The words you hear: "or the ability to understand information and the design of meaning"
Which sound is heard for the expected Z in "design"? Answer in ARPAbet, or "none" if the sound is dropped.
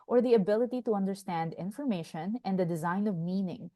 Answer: Z